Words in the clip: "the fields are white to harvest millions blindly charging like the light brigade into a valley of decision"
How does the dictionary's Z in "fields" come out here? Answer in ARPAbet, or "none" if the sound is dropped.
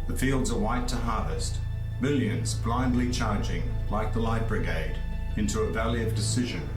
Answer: Z